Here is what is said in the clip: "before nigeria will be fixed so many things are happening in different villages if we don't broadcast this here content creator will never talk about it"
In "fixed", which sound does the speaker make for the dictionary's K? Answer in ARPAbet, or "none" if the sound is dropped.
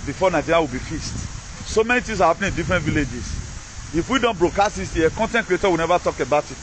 none